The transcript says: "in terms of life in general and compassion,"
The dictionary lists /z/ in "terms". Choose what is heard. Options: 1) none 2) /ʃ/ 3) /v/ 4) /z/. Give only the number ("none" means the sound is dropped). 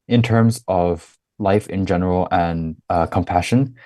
4